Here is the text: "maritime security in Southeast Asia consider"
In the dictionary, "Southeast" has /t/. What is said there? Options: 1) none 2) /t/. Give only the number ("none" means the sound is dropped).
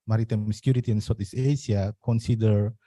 1